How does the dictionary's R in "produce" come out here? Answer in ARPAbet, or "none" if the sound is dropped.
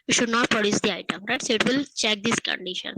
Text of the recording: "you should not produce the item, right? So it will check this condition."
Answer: R